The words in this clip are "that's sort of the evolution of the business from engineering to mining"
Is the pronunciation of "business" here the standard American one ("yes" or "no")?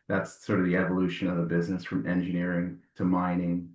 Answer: yes